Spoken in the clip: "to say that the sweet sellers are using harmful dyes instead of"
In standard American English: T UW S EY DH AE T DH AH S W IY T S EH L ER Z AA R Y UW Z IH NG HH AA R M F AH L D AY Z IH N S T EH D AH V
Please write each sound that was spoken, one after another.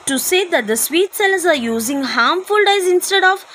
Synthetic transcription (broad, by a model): T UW S EY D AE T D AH S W IY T S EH L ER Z AA R Y UW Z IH NG HH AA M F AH L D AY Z IH N S T EH D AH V